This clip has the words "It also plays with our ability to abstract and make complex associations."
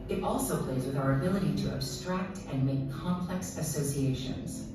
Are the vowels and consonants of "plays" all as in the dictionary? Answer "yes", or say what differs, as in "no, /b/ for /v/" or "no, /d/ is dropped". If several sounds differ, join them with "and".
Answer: yes